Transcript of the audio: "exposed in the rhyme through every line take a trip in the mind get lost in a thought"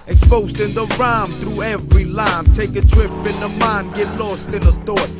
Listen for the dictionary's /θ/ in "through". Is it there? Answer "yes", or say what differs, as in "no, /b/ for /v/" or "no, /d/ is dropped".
yes